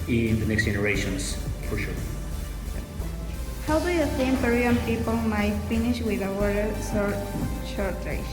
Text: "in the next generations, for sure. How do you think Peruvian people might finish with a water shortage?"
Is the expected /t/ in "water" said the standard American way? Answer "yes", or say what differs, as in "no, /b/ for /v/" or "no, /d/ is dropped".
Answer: no, /s/ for /t/